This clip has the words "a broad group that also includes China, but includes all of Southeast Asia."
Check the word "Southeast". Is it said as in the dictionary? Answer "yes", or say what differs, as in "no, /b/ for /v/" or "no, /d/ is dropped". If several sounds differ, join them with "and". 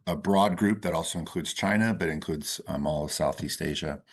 yes